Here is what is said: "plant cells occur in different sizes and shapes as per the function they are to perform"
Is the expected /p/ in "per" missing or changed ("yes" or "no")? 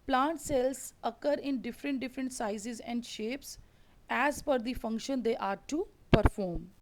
yes